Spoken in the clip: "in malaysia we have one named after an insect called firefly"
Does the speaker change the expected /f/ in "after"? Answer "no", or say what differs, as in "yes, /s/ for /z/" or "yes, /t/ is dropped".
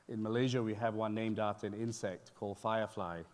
yes, /f/ is dropped